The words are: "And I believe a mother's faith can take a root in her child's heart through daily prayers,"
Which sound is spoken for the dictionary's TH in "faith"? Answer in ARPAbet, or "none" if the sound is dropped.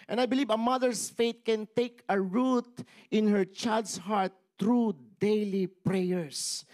T